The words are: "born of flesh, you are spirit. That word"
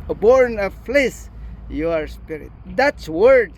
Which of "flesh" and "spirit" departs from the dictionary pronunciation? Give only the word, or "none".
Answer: flesh